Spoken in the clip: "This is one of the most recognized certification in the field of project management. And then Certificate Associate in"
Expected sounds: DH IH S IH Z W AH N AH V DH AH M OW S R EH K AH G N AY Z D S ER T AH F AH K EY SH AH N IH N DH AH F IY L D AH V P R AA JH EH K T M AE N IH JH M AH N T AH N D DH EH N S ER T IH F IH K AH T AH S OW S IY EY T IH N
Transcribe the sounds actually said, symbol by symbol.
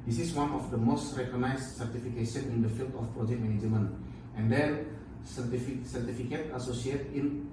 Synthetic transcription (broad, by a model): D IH S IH S W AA N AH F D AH M OW S R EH K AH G N AY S S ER T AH F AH K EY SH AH N IH N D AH F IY L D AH F P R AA JH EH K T M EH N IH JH M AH N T AH N D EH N S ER T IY F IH K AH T AH S OW S IY EY T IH N